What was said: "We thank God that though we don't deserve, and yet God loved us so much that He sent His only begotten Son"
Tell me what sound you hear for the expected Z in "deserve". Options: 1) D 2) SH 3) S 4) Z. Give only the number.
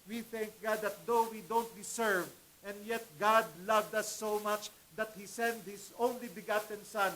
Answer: 3